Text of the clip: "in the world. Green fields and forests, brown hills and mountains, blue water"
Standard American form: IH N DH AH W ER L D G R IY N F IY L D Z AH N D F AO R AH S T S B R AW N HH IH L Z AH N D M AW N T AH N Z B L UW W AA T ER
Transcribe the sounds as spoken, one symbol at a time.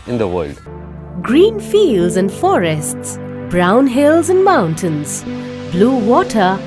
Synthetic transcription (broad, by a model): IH N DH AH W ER L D G R IY N F IY L D Z AH N D F AO R AH S T S B R AW N HH IH L Z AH N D M AW N T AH N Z B L UW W AA T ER